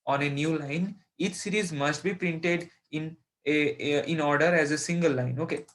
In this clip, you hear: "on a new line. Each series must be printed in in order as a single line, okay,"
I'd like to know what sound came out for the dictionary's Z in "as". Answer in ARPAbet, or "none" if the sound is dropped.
Z